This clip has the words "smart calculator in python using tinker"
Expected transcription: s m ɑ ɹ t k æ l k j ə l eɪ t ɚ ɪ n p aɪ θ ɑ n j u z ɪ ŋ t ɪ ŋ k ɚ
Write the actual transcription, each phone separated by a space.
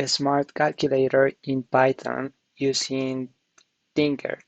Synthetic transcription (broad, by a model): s m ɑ ɹ t k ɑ l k j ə l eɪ t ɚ ɪ n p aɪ t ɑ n j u s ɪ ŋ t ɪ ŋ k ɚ